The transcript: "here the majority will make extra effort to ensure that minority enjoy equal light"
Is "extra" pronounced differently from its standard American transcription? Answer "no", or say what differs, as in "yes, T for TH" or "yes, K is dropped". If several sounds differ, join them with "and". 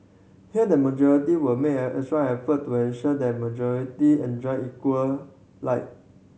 yes, K is dropped